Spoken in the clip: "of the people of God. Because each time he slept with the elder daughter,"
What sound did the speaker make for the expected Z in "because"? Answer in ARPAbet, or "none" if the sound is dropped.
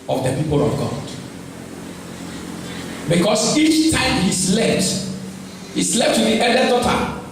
S